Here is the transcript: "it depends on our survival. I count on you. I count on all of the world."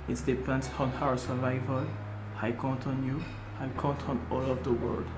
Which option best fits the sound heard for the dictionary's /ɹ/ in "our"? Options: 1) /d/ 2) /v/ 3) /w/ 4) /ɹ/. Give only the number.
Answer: 3